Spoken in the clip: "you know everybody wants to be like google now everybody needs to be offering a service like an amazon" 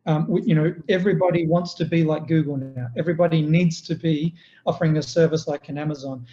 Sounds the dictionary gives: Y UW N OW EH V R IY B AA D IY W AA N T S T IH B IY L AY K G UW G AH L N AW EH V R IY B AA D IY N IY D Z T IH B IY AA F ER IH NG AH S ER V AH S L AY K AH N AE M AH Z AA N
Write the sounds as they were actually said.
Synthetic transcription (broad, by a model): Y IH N OW EH V R IY B AA D IY W AA N T S T IH B IY L AY K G UW G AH L N AW EH V R IY B AA D IY N IY D Z T IH B IY AA F ER IH NG AH S ER V AH S L AY K AH N AE M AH Z AA N